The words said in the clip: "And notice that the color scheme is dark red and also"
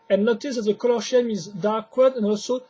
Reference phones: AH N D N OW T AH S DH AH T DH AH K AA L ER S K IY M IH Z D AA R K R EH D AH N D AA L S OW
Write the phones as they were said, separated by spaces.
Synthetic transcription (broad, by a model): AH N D N OW T AH S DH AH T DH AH K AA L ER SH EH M IH Z D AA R K W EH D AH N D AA L S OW